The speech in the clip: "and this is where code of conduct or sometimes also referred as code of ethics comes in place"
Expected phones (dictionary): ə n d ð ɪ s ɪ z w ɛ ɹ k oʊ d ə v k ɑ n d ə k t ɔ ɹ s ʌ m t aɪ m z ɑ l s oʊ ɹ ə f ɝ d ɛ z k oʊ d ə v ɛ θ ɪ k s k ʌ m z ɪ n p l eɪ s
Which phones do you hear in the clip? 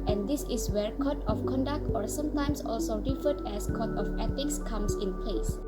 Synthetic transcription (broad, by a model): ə n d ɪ s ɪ w ɛ ɹ k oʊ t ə f k ɑ n d ə k t ɔ ɹ s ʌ m t aɪ m s ɑ l s oʊ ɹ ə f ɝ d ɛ s k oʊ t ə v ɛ t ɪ k s k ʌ m s ɪ n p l eɪ s